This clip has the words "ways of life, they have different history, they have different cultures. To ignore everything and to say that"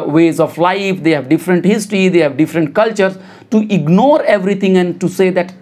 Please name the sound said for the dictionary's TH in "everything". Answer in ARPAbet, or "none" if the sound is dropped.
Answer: T